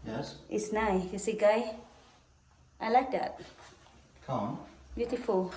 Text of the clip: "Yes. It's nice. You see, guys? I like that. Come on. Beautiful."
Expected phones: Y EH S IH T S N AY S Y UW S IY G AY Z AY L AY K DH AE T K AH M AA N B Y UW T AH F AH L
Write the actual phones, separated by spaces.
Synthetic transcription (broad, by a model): Y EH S IH T S N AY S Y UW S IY G AY AY L AY K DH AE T K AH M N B Y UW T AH F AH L